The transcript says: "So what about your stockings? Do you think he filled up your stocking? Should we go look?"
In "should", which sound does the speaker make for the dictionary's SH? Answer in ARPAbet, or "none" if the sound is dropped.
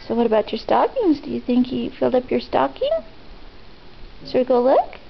S